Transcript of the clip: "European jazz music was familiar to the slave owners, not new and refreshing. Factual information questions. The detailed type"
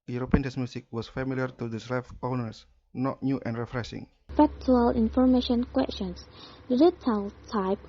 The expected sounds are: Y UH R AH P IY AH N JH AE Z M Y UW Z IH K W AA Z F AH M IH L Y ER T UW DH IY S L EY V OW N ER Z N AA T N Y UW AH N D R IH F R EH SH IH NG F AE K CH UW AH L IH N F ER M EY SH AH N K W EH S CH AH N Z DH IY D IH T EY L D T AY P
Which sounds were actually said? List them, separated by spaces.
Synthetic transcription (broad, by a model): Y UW R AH P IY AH N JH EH S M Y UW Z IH K W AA S F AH M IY L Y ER T UW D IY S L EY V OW N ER S N AA T N Y UW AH N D R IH F R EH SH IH NG F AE K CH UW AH L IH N F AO M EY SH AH N K W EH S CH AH N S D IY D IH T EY L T AY P